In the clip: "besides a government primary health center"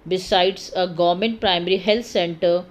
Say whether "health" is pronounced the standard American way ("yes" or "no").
no